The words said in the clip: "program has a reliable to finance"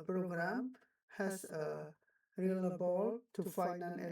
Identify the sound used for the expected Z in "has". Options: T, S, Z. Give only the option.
S